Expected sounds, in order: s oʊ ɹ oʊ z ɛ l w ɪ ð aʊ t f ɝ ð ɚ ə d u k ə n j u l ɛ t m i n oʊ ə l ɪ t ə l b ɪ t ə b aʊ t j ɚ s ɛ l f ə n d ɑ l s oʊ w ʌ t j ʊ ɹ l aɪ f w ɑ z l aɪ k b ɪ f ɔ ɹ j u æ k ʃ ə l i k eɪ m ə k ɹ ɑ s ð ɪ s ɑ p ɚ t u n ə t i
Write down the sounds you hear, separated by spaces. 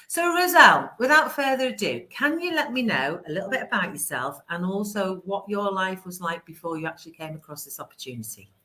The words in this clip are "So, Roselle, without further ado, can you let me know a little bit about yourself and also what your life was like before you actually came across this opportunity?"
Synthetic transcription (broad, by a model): s oʊ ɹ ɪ z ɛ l w ɪ ð aʊ t f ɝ ð ɚ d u k ə n j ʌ l ɛ t m i n oʊ ə l ɪ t l b ɪ t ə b aʊ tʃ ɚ s ɛ l f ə n ɑ l s oʊ w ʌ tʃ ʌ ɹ l aɪ f w ɑ z l aɪ k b ɪ f ɔ j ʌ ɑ k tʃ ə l i k eɪ m ə k ɹ ɑ s ð ɪ s ɑ p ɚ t u n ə t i